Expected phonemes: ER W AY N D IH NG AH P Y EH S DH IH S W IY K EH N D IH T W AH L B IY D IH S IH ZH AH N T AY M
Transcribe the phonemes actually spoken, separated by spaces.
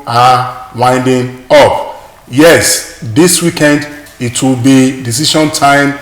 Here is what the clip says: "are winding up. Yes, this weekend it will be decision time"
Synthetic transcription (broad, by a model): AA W AY N D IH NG AH P Y EH S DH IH S W IY K EH N D IH T W AH L B IY D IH S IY SH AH N T AY M